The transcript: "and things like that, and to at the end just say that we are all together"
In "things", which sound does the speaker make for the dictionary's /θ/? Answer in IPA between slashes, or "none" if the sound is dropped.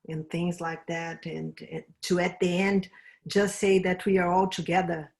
/θ/